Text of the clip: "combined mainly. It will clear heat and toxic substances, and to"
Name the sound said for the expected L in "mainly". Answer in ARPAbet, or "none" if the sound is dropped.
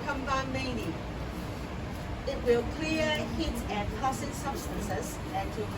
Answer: none